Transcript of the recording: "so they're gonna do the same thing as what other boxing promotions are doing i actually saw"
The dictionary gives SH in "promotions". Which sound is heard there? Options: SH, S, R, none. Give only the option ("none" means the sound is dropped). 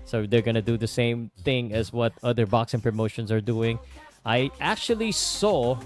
SH